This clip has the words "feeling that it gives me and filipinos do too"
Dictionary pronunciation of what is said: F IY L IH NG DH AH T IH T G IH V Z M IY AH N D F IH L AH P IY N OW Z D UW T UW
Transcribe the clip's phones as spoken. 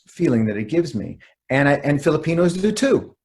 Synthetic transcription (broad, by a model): F IY L IH NG DH AH T IH T G IH V Z M IY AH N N F IH L AH P IY N OW Z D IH T UW